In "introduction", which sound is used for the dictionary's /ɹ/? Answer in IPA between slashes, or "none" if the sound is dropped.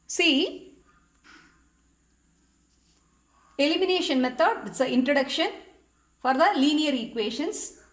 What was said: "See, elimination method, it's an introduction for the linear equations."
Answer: /ɹ/